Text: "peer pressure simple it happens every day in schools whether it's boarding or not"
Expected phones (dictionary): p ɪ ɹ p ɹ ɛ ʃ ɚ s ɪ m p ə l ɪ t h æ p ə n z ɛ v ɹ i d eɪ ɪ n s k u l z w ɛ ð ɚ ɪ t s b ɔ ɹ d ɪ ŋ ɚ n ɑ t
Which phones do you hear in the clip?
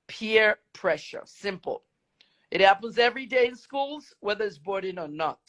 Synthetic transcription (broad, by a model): p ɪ ɹ p ɹ ɛ ʃ ɚ s ɪ m p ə l ɪ t h æ p ə n z ɛ v ɹ i d eɪ ɪ n s k u l z w ɛ ð ɚ ɪ t s b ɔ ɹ d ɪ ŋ ɚ n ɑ t